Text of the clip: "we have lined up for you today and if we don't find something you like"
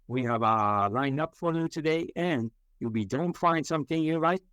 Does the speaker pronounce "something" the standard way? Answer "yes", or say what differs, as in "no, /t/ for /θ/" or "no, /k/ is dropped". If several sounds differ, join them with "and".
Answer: yes